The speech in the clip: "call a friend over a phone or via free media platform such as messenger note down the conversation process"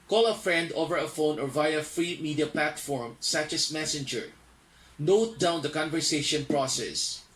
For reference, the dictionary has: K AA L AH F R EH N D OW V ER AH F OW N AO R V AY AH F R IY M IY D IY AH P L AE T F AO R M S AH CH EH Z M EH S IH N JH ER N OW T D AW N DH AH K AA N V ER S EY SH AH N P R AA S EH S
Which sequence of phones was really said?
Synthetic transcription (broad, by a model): K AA L AH F R EH N D OW V ER AH F OW N AO R V AY AH F R IY M IY D IY AH P L AE T F AO R M S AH CH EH S M EH S IH N JH ER N OW T D AW N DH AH K AA N V ER S EY SH AH N P R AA S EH S